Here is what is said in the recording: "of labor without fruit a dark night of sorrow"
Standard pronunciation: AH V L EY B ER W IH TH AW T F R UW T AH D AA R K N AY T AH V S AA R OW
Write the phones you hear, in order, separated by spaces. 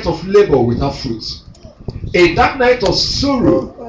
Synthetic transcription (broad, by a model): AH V L EY B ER W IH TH AW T F R UW T AH D AA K N AY T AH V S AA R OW